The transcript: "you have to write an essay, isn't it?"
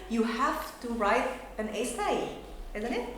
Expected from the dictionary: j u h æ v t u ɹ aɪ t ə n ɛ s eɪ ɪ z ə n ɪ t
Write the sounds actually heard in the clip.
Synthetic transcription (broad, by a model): j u h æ f t u ɹ aɪ t ə n ɛ s eɪ ɪ z ə n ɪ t